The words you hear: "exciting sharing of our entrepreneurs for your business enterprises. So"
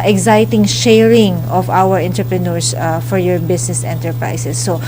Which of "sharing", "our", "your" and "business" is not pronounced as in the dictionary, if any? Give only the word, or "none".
business